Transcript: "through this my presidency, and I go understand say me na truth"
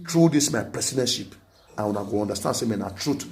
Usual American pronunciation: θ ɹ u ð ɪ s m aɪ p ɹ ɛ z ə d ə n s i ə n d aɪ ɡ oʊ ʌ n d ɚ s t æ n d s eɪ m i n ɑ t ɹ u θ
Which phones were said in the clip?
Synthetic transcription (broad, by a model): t ɹ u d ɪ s m aɪ p ɹ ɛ s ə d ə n ʃ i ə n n aɪ ɡ oʊ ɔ n d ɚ s t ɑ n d s eɪ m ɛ n ɑ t ɹ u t